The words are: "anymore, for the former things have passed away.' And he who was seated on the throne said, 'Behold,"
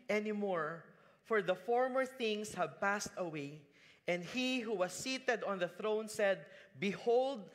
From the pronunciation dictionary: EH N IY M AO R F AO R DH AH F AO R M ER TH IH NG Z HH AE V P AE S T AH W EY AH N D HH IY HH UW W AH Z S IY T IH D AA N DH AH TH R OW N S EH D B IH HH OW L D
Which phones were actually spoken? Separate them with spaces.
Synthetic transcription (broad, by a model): EH N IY M AO R F AO R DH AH F AO R M ER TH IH NG S HH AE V P AE S T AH W EY AH N D HH IY HH UW W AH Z S IY T IH D AA N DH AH TH R OW N S EH D B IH HH OW L D